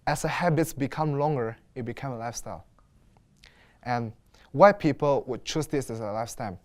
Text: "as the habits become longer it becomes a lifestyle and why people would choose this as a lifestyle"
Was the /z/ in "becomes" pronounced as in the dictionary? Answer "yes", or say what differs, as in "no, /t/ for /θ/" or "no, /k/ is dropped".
no, /z/ is dropped